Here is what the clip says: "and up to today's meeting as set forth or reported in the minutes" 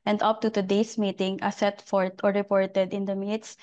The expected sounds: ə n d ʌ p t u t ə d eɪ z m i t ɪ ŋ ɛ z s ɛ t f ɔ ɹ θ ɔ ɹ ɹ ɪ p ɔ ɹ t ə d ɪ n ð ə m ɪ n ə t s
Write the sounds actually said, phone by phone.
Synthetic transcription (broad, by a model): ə n d ʌ p t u t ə d eɪ s m i t ɪ ŋ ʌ s ɛ t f ɔ ɹ t ɔ ɹ ɹ ɪ p ɔ ɹ t ə d ɪ n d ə m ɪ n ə t s